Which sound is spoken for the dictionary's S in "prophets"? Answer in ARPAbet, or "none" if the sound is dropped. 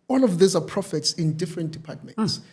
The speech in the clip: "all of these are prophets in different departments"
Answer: S